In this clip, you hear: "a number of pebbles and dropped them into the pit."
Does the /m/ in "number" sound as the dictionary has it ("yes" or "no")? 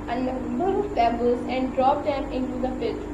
no